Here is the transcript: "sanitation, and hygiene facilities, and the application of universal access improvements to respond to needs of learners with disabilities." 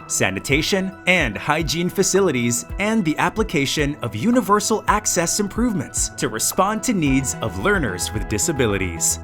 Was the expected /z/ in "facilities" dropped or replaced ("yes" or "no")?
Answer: no